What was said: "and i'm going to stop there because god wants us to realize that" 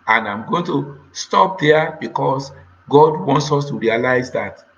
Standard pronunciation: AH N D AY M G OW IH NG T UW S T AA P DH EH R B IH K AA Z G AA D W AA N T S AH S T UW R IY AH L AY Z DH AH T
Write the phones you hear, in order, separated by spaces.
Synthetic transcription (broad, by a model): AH N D AY M G OW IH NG T UW S T AA P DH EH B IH K AA S G AA D W AA N T S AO S T UW R IY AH L AY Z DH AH T